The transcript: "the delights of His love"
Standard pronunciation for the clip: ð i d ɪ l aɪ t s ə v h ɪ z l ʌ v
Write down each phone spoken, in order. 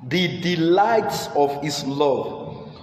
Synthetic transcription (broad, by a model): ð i d ɪ l aɪ t s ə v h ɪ s l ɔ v